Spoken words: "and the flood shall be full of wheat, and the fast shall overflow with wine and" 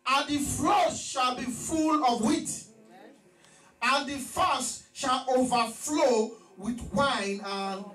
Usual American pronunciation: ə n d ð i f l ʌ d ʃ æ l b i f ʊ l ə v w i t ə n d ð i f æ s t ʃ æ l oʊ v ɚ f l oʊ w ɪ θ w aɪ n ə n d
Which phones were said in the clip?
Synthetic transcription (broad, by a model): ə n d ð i f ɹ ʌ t ʃ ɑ l b i f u l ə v w i t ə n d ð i f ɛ s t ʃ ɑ l oʊ v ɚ f l oʊ w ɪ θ w aɪ n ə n